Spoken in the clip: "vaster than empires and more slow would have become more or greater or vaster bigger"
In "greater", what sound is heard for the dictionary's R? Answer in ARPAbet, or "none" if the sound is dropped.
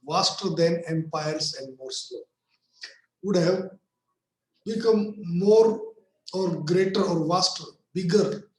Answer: R